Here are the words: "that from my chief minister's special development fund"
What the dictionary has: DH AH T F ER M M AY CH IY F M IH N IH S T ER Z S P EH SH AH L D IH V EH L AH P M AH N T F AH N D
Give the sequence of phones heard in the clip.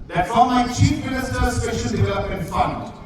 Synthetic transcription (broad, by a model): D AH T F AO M M AY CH IY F M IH N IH S T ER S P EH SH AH N D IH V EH L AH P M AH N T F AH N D